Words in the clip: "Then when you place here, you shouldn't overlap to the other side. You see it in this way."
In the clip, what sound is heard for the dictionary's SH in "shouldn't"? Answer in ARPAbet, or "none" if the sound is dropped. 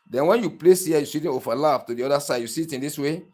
S